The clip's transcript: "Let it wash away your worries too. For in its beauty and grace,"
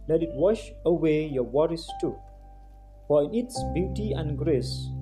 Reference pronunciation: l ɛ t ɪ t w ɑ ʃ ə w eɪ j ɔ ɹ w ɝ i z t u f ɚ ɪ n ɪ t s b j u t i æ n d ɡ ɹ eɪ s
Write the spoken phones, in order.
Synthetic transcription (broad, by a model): l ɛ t ɪ t w ɑ ʃ ə w eɪ j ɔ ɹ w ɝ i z t u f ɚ ɪ n ɪ t s b j u t i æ n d ɡ ɹ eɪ s